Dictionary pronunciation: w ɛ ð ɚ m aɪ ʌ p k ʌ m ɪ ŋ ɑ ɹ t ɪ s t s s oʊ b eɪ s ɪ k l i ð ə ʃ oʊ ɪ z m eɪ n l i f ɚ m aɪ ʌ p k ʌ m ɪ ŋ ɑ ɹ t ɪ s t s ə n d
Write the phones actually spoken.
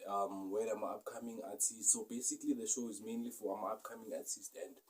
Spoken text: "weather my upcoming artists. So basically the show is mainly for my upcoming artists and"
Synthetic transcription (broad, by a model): w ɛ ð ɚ m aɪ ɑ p k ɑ m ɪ ŋ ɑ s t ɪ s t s s oʊ b eɪ s ɪ k l i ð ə ʃ oʊ ɪ z m eɪ n l i f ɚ m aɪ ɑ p k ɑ m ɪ ŋ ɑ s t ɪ s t ə n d